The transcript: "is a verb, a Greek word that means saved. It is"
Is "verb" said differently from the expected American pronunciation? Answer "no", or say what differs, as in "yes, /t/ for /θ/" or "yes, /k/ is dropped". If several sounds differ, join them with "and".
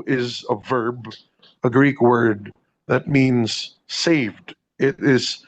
no